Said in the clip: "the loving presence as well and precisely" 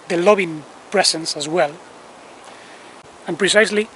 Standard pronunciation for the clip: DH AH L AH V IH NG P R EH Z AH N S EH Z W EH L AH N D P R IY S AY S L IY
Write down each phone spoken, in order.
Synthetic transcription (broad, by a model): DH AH L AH B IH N P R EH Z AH N S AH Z W EH L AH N P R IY S AY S L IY